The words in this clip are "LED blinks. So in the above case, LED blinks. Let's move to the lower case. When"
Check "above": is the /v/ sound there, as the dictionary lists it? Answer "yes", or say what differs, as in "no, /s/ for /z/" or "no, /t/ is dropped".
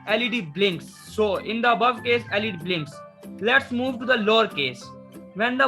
yes